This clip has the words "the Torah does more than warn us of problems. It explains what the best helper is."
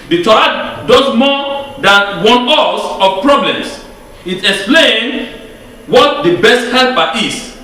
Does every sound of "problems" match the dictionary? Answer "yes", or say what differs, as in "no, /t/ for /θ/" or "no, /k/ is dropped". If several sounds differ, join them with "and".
no, /s/ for /z/